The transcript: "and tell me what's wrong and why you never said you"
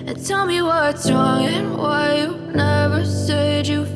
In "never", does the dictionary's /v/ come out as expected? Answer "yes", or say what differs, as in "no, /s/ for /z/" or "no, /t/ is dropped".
yes